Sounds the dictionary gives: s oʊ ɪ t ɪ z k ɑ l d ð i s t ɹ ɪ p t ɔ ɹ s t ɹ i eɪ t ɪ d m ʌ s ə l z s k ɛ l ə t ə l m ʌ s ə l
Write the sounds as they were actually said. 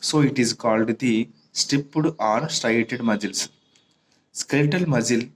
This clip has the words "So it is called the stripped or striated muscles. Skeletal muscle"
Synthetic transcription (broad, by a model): s oʊ ɪ t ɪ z k ɑ l d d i s t ɪ p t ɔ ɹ s t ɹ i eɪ t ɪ d m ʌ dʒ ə l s s k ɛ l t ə l m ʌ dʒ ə l